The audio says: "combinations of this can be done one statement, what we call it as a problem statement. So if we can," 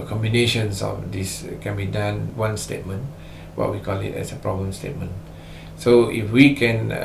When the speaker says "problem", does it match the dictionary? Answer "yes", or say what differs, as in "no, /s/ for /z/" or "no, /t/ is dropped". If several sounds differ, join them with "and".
no, /l/ is dropped